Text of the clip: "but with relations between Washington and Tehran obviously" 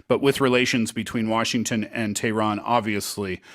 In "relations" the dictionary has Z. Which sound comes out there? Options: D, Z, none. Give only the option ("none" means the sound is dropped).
Z